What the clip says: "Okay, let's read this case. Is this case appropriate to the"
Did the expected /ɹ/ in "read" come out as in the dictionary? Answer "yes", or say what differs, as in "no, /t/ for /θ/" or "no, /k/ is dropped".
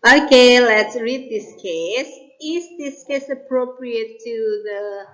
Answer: yes